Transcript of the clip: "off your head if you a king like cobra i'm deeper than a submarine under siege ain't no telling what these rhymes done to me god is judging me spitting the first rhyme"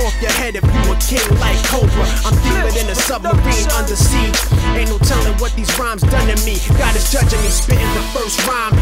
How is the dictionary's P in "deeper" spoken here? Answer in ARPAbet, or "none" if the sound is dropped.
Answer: none